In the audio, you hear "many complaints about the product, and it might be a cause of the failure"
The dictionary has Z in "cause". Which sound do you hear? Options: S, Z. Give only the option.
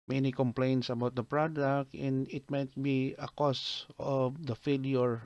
S